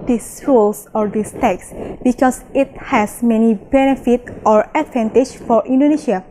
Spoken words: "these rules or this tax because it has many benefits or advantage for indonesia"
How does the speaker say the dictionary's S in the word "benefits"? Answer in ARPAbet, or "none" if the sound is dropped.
none